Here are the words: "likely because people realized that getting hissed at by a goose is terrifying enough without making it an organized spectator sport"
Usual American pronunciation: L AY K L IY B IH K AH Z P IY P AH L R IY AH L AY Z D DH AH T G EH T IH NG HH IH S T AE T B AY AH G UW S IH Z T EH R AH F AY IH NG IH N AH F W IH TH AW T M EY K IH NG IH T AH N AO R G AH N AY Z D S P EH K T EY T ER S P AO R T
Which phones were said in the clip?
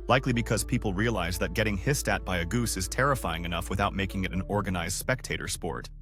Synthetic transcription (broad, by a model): L AY K L IY B IH K AH Z P IY P L R IY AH L AY Z DH AH T G EH T IH NG HH IH S T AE T B AY AH G UW S IH Z T EH R AH F AY IH NG IH N AH F W IH TH AW T M EY K IH NG IH T N AO R G AH N AY Z D S P EH K T EY T ER S P AO R T